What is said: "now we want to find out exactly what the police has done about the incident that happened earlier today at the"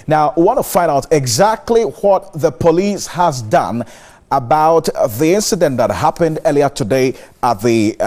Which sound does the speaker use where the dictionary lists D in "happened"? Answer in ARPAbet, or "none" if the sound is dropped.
D